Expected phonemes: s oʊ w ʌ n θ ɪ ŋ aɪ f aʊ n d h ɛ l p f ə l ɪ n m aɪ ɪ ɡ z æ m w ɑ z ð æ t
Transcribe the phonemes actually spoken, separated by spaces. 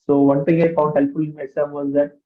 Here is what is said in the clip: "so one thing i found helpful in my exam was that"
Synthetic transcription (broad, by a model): s oʊ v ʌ n t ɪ ŋ aɪ f aʊ n d h ɛ l p f ə l ɪ n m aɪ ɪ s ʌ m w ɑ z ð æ t